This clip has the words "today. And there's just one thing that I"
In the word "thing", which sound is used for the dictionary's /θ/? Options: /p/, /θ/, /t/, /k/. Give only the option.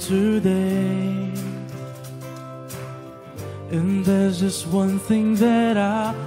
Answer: /θ/